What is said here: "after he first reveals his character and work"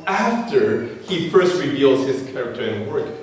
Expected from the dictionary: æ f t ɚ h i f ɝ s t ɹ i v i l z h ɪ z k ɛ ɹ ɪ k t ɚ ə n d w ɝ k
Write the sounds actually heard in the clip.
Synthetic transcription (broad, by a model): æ f t ɚ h i f ɝ s t ɹ i v i l z h ɪ z k ɛ ɹ ɪ k t ɚ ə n w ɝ k